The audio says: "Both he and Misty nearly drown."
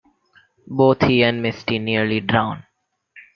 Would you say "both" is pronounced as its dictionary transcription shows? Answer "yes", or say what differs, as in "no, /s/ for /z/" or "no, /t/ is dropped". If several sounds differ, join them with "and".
no, /t/ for /θ/